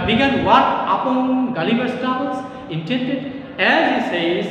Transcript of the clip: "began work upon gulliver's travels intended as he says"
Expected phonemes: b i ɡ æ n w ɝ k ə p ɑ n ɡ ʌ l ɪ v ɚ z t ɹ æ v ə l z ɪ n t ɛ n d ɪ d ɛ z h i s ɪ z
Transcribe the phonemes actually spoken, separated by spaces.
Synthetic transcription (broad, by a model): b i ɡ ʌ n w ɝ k ə p ɑ n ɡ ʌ l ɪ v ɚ s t ɑ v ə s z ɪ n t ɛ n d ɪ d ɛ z h i s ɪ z